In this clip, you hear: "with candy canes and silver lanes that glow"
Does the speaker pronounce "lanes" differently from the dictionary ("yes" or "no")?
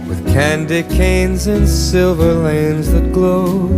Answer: no